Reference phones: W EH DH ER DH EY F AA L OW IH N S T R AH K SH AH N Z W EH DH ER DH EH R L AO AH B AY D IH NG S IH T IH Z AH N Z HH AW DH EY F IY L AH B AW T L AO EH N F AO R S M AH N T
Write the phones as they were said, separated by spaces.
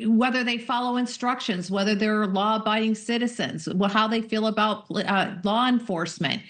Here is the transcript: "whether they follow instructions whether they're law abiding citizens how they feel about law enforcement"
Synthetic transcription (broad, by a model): W EH DH ER DH EY F AA L OW IH N S T R AH K SH AH N Z W EH DH ER DH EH R L AO B AY IH NG S IH T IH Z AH N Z HH AW DH EY F IY L AH B AW T L AO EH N F AO R S M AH N T